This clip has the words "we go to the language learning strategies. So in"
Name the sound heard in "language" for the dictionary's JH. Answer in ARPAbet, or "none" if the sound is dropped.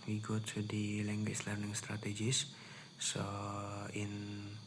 CH